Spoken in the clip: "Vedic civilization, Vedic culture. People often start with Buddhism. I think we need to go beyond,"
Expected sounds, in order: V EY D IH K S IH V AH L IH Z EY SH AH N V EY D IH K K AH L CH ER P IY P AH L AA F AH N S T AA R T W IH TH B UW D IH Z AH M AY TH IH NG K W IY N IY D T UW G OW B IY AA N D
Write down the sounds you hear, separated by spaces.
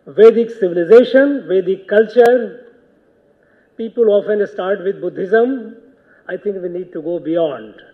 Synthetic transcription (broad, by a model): V EY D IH K S IH V AH L IH Z EY SH AH N V EY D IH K K AH L CH ER P IY P AH L AA F AH N S T AA R T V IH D B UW D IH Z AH M AY T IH NG K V IY N IY D T UW G OW B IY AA N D